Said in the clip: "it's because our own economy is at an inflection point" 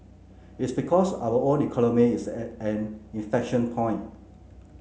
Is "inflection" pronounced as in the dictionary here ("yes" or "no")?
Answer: no